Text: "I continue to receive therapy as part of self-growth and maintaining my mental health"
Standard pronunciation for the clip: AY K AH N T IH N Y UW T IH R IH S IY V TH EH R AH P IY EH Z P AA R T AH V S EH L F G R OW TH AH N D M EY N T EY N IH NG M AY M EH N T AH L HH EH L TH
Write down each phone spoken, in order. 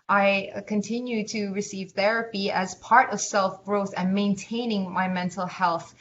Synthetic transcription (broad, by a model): AY K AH N T IH N Y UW T IH R IH S IY V TH EH R AH P IY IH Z P AA R T AH V S EH L F G R OW TH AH N M EY N T EY N IH NG M AY M EH N T L HH EH L TH